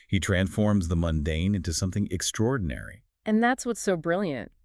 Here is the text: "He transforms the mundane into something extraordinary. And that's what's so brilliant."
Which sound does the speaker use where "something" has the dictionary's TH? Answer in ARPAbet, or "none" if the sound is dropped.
TH